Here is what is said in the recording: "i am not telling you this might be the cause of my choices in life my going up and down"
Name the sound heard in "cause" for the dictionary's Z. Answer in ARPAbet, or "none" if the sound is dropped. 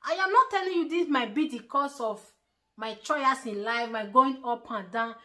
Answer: S